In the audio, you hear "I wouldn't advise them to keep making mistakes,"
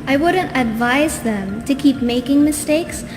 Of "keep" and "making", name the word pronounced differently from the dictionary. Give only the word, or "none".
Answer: none